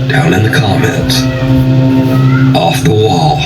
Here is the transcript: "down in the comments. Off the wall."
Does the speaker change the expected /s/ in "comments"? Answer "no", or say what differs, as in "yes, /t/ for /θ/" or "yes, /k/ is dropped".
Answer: yes, /s/ is dropped